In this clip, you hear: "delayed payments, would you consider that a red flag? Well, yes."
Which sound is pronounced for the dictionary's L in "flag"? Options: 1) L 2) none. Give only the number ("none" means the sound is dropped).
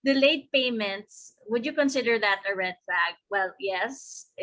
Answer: 2